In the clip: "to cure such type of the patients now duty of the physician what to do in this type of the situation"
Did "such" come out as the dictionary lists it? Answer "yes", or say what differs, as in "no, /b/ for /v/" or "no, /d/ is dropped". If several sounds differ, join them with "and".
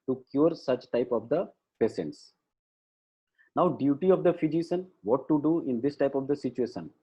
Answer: yes